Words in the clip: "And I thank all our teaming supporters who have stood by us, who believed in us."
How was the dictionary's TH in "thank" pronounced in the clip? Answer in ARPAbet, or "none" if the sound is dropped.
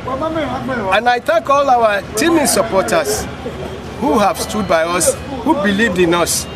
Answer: T